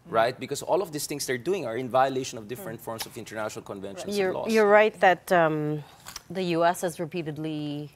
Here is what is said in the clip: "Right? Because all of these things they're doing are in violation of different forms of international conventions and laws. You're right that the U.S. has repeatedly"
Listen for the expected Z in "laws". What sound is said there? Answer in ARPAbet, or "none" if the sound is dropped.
none